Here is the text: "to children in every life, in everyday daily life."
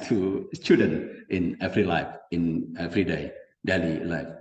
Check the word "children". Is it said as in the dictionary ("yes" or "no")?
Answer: no